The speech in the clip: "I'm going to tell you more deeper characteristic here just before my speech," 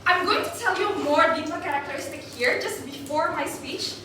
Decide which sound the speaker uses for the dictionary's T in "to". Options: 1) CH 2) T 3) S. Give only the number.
2